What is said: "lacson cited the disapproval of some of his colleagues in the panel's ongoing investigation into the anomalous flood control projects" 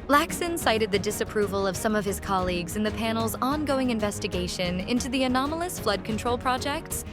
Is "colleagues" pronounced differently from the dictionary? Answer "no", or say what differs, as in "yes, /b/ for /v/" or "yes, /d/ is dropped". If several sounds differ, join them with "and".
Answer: no